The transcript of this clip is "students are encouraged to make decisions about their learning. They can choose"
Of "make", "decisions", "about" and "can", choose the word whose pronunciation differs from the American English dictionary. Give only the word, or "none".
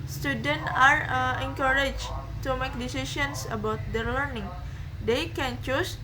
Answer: decisions